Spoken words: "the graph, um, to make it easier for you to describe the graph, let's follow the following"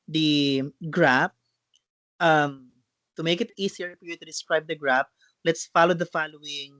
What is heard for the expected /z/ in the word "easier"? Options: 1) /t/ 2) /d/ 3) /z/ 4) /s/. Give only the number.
4